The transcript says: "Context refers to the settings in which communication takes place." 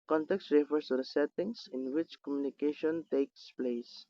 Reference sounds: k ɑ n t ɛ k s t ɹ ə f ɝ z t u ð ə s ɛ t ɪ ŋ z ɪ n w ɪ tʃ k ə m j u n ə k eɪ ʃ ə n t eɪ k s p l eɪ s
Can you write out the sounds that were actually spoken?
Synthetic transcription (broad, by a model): k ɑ n t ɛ k s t ɹ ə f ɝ s t u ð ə s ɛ t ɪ ŋ s ɪ n w ɪ tʃ k ə m j u n ə k eɪ ʃ ə n t eɪ k s p l eɪ s